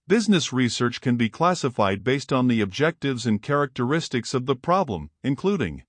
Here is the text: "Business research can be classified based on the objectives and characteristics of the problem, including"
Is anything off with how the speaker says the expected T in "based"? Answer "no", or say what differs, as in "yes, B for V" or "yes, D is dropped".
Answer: no